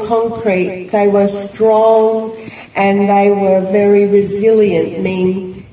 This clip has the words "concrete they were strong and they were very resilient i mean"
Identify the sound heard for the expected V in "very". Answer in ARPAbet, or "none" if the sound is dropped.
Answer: V